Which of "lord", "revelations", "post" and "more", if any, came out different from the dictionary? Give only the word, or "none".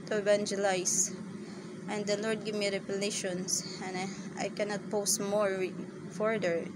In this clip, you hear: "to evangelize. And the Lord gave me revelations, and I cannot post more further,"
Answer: revelations